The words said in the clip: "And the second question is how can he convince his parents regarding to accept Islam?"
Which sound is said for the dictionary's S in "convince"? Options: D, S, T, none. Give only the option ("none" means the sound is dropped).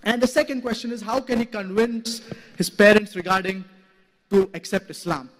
S